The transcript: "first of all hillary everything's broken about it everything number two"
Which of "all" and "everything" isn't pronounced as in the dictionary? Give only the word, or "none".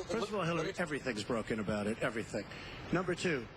none